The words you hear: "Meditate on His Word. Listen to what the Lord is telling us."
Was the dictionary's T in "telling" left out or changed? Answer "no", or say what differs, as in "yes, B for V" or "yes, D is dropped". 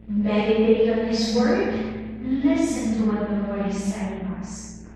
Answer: yes, S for T